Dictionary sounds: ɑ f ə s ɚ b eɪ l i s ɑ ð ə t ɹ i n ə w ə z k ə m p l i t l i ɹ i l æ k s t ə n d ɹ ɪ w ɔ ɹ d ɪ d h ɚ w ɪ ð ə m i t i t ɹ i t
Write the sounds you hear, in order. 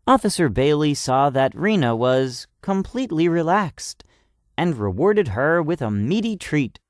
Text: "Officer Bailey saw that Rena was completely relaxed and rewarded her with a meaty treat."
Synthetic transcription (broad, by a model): ɑ f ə s ɚ b eɪ l i s ɑ ð ə t ɹ i n ə w ə z k ə m p l i t l i ɹ i l æ k s t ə n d ɹ ɪ w ɔ ɹ d ɪ d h ɚ w ɪ ð ə m i t i t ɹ i t